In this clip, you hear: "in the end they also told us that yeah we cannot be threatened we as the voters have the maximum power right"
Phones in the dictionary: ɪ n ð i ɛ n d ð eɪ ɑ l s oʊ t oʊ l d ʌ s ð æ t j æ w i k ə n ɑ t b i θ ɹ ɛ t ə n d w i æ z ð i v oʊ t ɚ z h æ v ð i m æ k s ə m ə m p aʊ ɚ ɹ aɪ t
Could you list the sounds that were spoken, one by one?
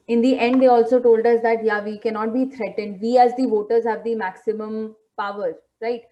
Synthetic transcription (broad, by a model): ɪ n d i ɛ n d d eɪ ɑ l s oʊ t oʊ l d ʌ s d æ t j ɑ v i k ə n ɑ t b i t ɹ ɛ t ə n d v i æ z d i v oʊ t ɚ z h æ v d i m æ k s ə m ə m p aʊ ɚ ɹ aɪ t